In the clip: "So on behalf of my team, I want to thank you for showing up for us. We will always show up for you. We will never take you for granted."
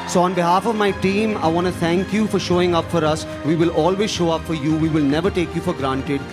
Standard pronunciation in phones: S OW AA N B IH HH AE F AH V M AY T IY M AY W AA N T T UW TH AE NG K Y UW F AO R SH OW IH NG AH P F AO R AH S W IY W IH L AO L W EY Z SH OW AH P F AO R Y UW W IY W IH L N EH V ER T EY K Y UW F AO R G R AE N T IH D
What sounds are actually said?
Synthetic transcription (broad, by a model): S OW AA N B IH HH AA F AH V M AY T IY M AY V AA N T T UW T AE NG K Y UW F AO R SH OW IH NG AH P F AO R AH S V IY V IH L AO L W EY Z SH OW AH P F AO R Y UW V IY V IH L N EH V ER T EY K Y UW F AO R G R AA N T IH D